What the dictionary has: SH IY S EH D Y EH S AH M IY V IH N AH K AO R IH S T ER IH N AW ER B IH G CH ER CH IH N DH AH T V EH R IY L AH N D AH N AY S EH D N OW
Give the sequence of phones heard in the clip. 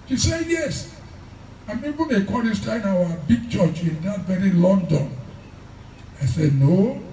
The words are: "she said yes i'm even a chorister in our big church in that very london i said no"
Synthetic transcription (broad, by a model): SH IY S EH Y EH S AH M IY B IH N AH K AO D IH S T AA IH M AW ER B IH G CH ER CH IH N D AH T V EH R IY L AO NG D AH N AY S EH D N OW